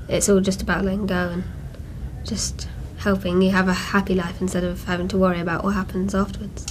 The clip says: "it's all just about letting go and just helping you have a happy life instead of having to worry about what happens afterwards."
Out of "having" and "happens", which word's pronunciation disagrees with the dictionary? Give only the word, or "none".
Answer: none